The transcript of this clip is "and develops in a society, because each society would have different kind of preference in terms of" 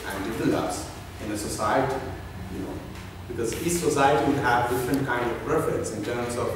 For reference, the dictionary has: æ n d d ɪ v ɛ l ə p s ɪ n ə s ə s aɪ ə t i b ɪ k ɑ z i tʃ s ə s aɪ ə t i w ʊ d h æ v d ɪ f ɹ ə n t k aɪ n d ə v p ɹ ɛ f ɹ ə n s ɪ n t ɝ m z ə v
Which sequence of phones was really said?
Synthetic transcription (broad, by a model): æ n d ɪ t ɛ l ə s ɪ n ə s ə s aɪ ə t i b ɪ k ɑ z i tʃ s ə s aɪ ə t i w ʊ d h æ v d ɪ f ɹ ə n t k aɪ n d ə v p ɹ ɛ f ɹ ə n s ɪ n t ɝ m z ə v